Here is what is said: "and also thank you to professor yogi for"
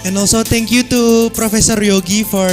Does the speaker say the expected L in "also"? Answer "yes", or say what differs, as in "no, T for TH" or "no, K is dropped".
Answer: yes